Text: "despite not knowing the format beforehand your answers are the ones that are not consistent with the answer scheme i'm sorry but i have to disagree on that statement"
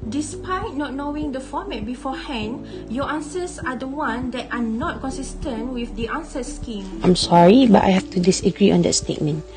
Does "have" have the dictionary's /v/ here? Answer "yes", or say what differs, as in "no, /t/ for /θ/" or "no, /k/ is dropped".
no, /f/ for /v/